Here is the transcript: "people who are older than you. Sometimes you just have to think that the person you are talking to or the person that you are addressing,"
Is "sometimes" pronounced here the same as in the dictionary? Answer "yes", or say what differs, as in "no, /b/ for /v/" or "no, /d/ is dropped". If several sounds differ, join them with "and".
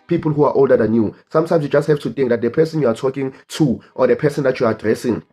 no, /s/ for /z/